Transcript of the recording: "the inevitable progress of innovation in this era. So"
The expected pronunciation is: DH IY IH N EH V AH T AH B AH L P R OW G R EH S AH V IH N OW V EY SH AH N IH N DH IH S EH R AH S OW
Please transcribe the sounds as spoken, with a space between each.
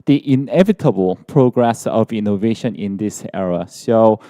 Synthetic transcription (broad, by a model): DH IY IH N EH V AH T AH B AH L P R OW G R EH S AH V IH N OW V EY SH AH N IH N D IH S EH R AH S OW